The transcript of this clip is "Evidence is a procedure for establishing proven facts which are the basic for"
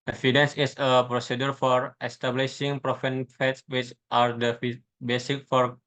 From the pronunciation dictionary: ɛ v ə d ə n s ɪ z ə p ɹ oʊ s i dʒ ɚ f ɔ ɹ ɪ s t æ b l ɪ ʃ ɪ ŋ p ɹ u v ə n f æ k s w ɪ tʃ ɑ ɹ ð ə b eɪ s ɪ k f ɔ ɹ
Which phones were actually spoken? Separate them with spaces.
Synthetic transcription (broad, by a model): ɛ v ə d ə n s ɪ s ə p ɹ oʊ s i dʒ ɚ f ɔ ɹ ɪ s t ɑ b l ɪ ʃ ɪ ŋ p ɹ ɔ f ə n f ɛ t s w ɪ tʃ ɑ ɹ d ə b eɪ s ɪ k f ɔ ɹ